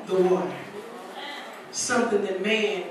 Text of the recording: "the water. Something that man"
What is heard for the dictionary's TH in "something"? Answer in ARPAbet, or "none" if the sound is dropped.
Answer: TH